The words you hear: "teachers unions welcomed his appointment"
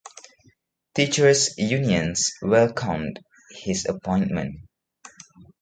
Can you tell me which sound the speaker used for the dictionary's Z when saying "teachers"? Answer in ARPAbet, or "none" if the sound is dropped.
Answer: S